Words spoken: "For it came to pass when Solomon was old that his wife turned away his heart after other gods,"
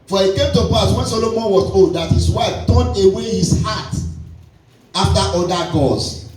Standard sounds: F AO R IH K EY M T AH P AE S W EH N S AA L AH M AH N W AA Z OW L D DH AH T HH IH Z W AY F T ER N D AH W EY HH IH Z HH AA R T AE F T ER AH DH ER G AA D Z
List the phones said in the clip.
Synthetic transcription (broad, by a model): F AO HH IH K EY M T AH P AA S W EH N S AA L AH M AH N W AA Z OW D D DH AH T HH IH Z W AY F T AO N AH W EY HH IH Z HH AA T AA F T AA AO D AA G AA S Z